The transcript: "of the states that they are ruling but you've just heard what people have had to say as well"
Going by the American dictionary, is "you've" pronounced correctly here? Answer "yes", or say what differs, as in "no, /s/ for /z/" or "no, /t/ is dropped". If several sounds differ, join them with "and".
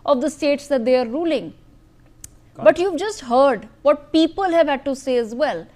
yes